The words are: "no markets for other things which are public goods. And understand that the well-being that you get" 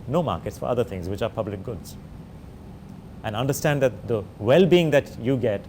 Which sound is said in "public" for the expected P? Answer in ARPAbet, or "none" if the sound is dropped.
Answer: P